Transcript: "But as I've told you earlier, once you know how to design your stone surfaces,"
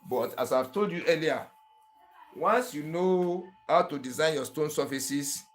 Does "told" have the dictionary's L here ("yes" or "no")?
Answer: yes